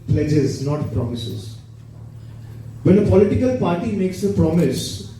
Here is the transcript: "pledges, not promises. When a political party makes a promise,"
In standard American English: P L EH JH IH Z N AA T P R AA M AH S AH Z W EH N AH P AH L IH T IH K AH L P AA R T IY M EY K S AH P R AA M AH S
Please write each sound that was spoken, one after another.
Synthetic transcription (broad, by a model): P L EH JH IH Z N AA T P R AA M AH S AH Z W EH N AH P AH L IH T IH K AH L P AA R T IY M EY K S AH P R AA M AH S